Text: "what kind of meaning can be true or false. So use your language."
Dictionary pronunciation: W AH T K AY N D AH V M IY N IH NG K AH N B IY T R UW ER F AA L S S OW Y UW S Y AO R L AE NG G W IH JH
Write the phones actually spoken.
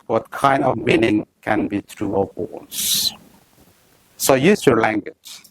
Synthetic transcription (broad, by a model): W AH T K AY N D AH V M IY N IH NG K AH N B IY T R UW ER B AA N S S OW Y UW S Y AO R L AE NG G W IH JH